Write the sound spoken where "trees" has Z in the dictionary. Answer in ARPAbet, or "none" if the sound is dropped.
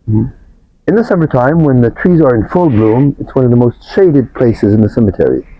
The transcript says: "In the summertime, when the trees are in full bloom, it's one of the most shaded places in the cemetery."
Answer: Z